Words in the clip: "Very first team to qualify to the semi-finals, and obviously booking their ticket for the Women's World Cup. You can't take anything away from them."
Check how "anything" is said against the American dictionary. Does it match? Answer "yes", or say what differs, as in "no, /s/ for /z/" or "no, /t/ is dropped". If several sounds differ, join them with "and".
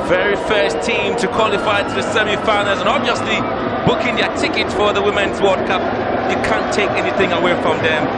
yes